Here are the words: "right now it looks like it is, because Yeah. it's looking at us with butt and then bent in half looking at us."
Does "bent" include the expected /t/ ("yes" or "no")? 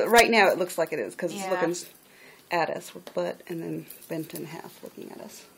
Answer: yes